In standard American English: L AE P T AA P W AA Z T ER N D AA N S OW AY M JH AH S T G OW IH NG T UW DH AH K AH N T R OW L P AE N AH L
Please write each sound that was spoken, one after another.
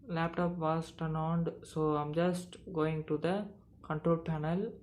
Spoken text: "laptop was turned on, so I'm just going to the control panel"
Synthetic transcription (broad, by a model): L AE P T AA P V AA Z T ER N AA N S OW AY M JH AH S T G OW IH NG T UW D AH K AH N T R OW L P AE N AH L